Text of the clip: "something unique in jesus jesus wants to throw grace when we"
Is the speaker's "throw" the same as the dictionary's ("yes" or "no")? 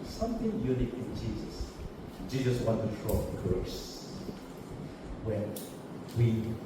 no